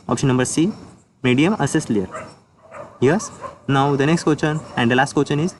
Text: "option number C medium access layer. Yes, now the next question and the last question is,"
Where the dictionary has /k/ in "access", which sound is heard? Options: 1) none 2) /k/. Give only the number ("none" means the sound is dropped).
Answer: 1